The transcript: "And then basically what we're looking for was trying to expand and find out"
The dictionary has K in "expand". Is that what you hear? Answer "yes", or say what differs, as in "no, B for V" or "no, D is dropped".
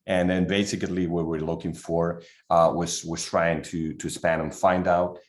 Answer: no, K is dropped